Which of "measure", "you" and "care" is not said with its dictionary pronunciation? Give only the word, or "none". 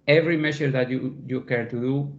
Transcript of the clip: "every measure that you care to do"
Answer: measure